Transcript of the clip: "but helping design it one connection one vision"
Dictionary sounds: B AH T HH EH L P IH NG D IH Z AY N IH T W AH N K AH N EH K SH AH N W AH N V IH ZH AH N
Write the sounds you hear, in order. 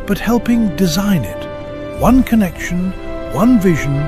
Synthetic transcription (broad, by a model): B AH T HH EH L P IH NG D IH Z AY N IH T W AH N K AH N EH K SH AH N W AH N V IH ZH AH N